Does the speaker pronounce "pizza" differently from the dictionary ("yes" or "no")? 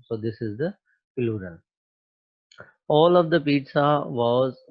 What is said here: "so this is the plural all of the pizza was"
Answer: no